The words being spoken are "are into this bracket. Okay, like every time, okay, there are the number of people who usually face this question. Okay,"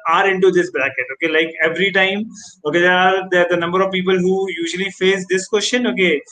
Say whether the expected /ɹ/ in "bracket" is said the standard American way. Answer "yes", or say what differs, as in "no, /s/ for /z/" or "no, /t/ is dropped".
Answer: no, /l/ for /ɹ/